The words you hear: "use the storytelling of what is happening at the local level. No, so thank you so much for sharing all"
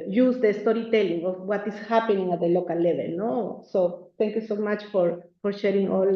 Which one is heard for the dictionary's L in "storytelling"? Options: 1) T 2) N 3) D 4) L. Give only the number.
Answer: 4